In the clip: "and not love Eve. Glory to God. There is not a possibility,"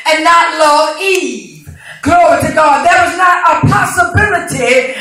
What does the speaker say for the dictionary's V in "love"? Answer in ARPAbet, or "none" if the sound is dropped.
none